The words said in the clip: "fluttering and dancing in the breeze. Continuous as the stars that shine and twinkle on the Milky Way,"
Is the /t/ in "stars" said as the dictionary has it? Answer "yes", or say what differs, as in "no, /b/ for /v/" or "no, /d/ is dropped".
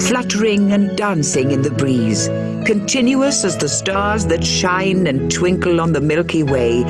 yes